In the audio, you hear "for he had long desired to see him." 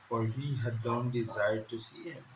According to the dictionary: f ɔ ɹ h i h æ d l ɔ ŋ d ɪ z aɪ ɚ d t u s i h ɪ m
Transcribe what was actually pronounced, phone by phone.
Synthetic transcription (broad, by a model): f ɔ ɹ h i h æ d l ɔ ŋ d ɪ z aɪ ɚ d t u s i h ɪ m